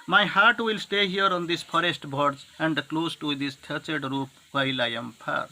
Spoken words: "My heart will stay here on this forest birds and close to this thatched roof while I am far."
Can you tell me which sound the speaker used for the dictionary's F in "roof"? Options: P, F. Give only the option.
P